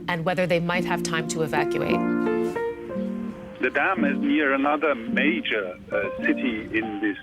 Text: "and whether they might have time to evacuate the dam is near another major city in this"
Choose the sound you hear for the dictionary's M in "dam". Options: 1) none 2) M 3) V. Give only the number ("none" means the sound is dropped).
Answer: 2